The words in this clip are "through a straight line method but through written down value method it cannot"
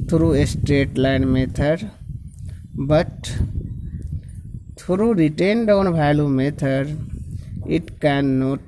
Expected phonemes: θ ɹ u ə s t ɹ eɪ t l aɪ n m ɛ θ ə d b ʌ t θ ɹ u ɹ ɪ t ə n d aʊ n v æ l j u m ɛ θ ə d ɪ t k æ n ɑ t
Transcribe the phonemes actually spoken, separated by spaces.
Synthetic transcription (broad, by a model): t ɹ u ə s t ɹ eɪ t l aɪ n m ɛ t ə d b ʌ t t ɹ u ɹ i t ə n d aʊ n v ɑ l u m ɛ t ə d ɪ t k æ n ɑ t